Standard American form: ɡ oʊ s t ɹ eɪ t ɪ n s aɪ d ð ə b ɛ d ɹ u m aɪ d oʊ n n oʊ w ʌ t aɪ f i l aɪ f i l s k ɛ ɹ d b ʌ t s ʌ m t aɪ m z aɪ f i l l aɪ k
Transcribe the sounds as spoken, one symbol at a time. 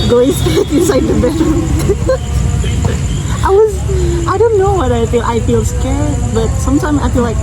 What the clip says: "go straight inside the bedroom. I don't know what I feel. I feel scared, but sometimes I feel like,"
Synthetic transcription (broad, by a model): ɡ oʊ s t eɪ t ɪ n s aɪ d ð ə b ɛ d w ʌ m aɪ d oʊ n n oʊ w ʌ t aɪ f i l aɪ f i l s k ɛ ɹ d b ʌ t s ʌ m t aɪ m z aɪ f i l l aɪ k